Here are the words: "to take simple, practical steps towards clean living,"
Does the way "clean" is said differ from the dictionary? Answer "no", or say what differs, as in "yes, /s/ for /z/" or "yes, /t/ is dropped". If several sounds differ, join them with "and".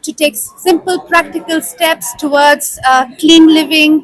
no